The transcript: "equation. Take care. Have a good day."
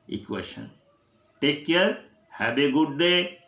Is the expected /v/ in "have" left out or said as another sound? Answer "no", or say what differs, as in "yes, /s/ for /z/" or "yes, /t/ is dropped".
yes, /b/ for /v/